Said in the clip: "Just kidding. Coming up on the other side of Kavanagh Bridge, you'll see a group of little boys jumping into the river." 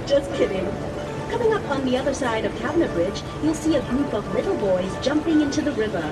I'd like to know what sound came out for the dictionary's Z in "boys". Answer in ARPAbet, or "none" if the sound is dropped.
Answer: Z